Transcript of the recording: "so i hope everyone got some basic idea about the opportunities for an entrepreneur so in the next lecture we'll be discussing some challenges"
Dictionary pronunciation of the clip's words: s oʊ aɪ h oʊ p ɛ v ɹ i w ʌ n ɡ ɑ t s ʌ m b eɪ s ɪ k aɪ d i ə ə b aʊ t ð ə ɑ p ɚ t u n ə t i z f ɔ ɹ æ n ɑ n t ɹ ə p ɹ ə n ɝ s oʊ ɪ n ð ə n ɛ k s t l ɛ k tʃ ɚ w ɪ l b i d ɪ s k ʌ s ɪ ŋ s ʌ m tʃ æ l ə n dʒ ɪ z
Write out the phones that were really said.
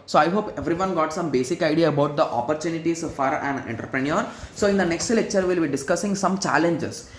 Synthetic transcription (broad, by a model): s oʊ aɪ h oʊ p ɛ v ɹ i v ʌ n ɡ ɑ t s ʌ m b eɪ s ɪ k aɪ d i ə ə b aʊ t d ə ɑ p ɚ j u n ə t i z f ɔ ɹ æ n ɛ n t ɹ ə p ɹ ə n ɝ s oʊ ɪ n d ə n ɛ k s t l ɛ k tʃ ɚ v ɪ l b i d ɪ s k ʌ s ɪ ŋ s ʌ m tʃ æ l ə n dʒ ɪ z